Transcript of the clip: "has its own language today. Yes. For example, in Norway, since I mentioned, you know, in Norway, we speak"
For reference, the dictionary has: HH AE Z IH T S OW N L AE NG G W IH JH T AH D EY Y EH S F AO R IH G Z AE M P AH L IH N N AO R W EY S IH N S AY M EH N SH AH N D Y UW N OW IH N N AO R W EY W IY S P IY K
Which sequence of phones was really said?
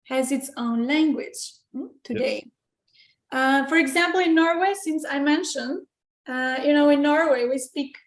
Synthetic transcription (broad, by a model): HH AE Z IH T S OW N L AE NG G W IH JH T AH D EY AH F AO R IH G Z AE M P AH L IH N N AO R W EY S IH N S AY M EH N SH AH N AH Y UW N OW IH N N AO R W EY W IY S P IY K